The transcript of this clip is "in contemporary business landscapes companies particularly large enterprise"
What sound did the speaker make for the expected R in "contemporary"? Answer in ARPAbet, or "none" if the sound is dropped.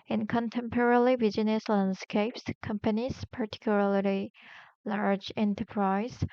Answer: L